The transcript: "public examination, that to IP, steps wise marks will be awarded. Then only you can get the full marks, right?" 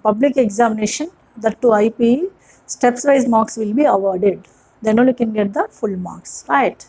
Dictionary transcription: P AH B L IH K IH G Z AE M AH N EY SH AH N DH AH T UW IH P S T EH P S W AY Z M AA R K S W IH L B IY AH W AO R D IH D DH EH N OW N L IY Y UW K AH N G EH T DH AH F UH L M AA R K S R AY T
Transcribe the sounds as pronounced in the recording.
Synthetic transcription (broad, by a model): P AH B L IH K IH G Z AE M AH N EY SH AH N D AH T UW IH P S T EH P S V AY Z M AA K S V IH L B IY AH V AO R D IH D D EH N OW L Y UW K AH N G EH T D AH F UH L M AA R K S R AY T